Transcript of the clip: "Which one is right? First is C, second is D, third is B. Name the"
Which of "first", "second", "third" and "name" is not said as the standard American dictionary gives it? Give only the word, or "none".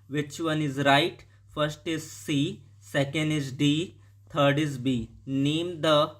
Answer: third